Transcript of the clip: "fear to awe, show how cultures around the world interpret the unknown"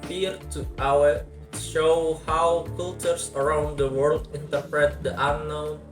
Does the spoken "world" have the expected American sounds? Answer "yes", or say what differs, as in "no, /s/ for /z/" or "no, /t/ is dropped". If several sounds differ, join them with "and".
yes